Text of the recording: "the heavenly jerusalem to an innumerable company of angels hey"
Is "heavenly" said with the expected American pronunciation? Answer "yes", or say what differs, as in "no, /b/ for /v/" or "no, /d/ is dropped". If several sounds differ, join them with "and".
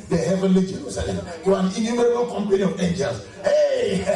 yes